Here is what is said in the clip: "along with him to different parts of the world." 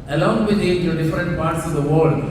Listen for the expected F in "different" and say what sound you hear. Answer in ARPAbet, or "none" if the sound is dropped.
F